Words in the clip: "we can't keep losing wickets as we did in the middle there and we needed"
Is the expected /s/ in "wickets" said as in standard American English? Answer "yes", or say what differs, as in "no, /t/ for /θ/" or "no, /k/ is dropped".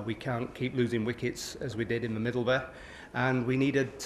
yes